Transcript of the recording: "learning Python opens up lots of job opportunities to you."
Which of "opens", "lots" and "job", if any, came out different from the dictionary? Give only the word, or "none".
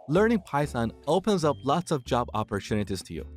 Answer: none